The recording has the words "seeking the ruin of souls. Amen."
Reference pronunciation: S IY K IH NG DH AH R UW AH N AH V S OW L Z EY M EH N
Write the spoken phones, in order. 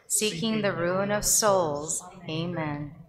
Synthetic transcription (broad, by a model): S IY K IH NG DH AH R UW AH N AH V S OW L Z EY M EH N